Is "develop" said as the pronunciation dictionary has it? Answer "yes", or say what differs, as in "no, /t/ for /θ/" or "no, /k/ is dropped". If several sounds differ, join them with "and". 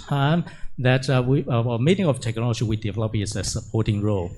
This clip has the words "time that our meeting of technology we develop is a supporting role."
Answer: yes